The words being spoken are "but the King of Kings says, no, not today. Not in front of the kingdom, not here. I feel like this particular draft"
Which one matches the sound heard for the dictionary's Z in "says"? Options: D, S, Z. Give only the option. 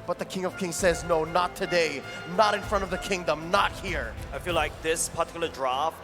Z